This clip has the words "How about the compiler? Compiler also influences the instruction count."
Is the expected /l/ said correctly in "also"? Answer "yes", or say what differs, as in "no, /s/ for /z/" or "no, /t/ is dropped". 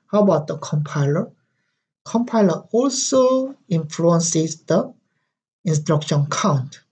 yes